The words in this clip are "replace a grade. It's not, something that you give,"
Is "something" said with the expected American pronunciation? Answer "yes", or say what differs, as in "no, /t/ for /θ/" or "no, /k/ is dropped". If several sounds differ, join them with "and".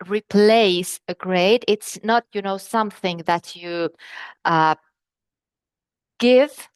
yes